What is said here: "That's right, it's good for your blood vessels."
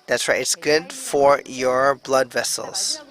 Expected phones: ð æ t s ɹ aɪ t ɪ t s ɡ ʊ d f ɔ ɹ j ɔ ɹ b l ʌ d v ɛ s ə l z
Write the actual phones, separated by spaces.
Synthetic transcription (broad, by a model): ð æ t s w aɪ ɪ t s ɡ ʊ d f ɔ ɹ j ɔ ɹ b l ʌ d v ɛ s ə l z